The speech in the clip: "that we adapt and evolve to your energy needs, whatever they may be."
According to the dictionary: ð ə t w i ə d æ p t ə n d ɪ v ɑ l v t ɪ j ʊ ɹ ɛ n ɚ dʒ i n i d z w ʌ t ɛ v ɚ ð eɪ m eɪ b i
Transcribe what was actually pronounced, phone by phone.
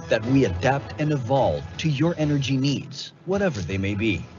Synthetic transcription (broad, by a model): ð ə t w i ə d æ p t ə n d ɪ v ɑ l v t ɪ j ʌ ɹ ɛ n ɚ dʒ i n i d z w ʌ t ɛ v ɚ ð eɪ m eɪ b i